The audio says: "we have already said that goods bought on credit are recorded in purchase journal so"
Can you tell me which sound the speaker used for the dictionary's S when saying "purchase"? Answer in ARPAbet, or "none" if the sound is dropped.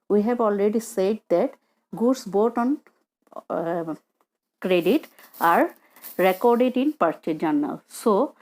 none